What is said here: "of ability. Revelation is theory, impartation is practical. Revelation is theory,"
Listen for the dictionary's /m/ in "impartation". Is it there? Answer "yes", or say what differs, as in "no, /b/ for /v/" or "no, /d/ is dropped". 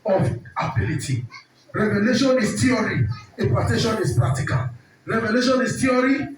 no, /m/ is dropped